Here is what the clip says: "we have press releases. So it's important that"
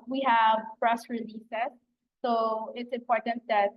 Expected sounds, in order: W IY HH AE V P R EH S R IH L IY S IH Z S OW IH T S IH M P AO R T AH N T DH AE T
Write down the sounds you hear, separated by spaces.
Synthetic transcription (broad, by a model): W IY HH AE V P R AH S R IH L IY S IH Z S OW IH T S IH M P AO R T AH N T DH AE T